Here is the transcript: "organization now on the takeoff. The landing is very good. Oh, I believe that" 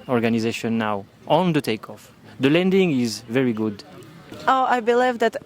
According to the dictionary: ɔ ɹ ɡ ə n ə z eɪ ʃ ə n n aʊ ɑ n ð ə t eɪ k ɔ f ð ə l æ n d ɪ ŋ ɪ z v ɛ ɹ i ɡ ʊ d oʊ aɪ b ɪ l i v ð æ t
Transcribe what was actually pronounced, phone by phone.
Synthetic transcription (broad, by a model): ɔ ɹ ɡ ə n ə z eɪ ʃ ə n n aʊ ɑ n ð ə t eɪ k ɔ f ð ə l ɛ n d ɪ ŋ ɪ z v ɛ ɹ i ɡ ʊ d oʊ aɪ b ɪ l i v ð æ t